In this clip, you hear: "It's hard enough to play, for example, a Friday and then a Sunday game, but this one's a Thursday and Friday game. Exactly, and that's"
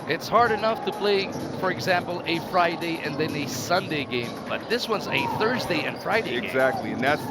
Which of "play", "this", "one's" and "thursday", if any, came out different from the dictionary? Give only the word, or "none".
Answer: none